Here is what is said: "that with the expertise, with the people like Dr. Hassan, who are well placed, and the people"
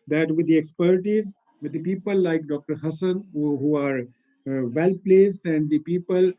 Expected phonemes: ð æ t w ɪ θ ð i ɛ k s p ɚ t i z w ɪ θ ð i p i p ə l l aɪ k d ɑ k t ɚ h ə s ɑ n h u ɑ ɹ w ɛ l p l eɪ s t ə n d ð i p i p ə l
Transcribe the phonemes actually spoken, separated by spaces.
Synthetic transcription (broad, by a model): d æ t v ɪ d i ɛ k s p ɚ t i z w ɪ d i p i p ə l l aɪ k d ɑ k t ɚ h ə s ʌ n h u ɑ ɹ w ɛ l p l eɪ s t ə n d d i p i p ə l